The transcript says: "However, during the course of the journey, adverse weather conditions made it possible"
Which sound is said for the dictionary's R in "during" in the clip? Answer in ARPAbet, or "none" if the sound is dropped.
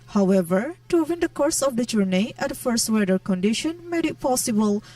W